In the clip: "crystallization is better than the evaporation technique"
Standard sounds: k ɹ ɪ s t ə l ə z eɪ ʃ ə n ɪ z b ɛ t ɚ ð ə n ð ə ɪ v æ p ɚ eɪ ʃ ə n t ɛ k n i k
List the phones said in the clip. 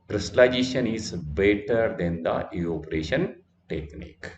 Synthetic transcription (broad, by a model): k ɹ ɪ s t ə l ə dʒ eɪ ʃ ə n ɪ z b ɛ t ɚ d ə n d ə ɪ ɔ p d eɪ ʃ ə n t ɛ k n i k